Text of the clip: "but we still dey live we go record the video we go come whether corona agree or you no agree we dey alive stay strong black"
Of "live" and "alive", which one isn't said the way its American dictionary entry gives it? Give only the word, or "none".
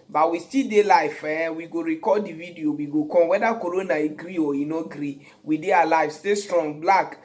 live